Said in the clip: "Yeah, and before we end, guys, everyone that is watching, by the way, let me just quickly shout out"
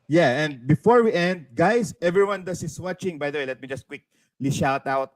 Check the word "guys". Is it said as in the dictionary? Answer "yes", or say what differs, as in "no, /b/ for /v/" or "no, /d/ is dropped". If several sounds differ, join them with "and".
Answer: no, /s/ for /z/